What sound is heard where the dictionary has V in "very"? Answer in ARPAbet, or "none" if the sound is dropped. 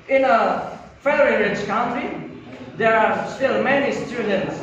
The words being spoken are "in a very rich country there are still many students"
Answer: F